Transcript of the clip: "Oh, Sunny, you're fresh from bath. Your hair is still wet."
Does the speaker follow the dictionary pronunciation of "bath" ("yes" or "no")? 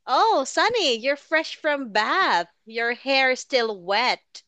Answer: yes